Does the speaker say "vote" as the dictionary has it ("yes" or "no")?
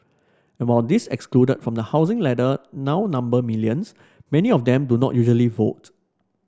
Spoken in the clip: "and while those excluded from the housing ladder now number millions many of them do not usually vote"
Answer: yes